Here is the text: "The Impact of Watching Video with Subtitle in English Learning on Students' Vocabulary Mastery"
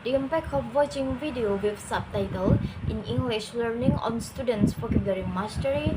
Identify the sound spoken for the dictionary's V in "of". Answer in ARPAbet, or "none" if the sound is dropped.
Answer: P